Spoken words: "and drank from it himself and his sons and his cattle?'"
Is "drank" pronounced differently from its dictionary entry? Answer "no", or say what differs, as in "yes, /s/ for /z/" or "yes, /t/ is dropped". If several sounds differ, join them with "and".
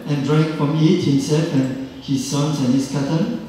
yes, /ŋ/ is dropped